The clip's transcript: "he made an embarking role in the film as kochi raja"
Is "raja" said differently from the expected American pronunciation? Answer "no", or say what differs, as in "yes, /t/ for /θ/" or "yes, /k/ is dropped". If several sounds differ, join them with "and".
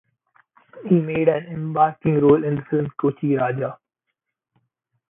no